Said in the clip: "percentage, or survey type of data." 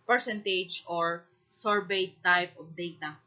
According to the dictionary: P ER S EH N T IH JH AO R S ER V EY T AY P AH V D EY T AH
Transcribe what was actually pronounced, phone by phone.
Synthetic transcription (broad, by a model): P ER S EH N T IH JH AO R S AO B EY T AY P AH P D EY T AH